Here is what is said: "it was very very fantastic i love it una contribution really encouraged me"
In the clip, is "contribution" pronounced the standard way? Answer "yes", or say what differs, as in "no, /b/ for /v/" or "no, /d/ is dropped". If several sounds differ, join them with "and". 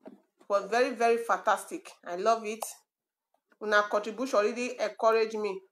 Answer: no, /n/ is dropped and /ɹ/ is dropped